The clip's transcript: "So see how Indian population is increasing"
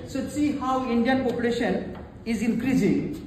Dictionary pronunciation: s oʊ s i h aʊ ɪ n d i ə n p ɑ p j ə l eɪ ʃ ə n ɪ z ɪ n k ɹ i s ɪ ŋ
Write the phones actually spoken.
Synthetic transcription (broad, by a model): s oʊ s i h aʊ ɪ n d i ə n p ɑ p j ə l eɪ ʃ ə n ɪ z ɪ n k ɹ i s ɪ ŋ